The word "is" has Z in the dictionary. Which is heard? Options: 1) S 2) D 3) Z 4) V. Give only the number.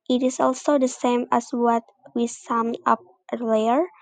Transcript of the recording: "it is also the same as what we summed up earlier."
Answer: 1